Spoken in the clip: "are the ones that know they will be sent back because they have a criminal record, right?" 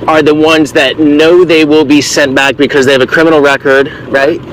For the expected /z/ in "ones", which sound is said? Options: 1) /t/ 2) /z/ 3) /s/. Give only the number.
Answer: 2